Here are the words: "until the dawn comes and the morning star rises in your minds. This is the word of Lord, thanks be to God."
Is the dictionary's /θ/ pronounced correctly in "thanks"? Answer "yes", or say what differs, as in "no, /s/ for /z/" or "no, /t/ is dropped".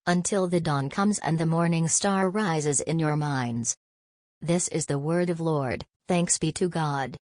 yes